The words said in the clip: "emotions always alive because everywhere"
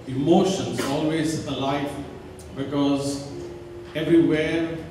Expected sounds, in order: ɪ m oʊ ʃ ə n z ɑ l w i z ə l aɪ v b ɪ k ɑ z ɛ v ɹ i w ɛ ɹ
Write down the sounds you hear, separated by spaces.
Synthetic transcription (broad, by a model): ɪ m oʊ ʃ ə n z ɑ l w i z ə l aɪ f b ɪ k ɑ z ɛ v ɹ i w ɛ